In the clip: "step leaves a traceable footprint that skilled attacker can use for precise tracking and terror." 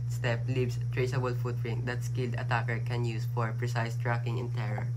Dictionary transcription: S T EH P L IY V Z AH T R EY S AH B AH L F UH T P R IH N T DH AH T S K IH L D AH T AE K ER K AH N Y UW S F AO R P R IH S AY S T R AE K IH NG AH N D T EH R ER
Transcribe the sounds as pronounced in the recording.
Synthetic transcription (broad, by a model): S T EH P L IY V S T R EY S AH B AH L F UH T R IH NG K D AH T S K IH L D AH T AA K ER K AH N Y UW S F AO R P R IH S AY S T R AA K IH NG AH N T EH R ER